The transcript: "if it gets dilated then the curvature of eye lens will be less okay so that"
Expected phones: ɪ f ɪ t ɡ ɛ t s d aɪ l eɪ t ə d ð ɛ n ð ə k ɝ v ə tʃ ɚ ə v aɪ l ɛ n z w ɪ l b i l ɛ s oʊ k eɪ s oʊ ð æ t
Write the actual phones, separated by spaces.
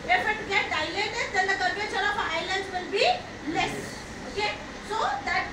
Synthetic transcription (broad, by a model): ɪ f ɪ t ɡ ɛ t d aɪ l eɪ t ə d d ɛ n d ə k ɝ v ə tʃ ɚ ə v aɪ l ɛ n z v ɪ l b i l ɛ s oʊ k eɪ s oʊ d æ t